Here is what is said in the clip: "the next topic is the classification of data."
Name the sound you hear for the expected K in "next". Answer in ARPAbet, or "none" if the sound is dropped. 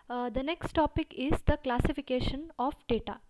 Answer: K